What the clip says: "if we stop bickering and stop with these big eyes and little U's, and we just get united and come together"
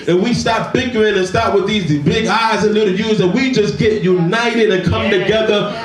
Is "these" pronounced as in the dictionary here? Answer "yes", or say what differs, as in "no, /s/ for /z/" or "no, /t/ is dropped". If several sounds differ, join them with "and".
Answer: yes